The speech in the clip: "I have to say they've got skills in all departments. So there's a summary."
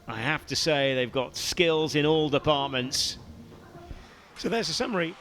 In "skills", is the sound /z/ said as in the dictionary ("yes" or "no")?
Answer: yes